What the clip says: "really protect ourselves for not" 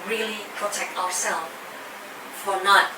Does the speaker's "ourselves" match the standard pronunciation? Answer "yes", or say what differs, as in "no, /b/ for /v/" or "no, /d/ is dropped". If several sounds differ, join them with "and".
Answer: no, /z/ is dropped